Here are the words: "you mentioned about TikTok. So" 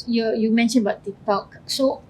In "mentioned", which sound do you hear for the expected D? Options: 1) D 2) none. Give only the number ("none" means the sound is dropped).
2